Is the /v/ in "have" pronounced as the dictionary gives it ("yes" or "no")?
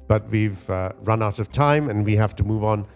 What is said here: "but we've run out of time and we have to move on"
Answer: no